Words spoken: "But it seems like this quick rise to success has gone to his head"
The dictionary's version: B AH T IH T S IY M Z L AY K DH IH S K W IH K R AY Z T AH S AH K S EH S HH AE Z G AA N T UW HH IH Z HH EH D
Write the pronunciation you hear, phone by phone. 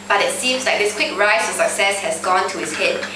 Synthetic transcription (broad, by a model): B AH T IH T S IY M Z L AY K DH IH S K W IH K R AY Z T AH S AH K S EH S HH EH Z G AA N T UW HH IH S HH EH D